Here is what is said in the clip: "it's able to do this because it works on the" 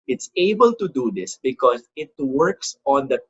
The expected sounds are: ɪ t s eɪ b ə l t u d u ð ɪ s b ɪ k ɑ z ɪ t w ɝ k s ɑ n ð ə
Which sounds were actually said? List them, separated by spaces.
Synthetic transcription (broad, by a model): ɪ t s eɪ b ə l t u d u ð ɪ s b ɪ k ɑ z ɪ t w ɝ k s ɑ n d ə